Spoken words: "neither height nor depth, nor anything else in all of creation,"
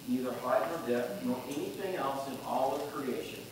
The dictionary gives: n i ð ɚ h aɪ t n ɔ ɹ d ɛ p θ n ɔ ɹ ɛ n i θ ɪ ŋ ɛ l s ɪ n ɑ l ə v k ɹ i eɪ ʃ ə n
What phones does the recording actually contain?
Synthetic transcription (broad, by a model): n i ð ɚ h aɪ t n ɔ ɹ d ɛ θ n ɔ ɹ ɛ n i θ ɪ ŋ ɛ l s ɪ n ɑ l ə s k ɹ i eɪ ʃ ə n